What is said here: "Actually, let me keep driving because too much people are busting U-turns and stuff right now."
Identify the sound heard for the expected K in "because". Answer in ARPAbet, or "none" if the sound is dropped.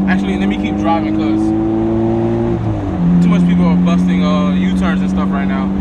none